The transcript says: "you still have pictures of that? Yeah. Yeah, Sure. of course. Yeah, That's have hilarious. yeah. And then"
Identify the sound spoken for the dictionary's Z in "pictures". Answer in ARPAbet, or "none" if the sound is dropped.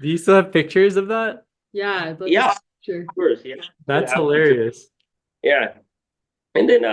Z